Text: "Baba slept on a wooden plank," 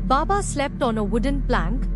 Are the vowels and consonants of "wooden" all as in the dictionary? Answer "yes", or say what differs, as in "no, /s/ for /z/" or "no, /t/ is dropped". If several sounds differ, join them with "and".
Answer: yes